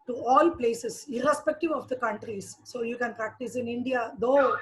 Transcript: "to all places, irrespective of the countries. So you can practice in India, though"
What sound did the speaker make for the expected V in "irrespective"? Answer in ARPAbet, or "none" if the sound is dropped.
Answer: V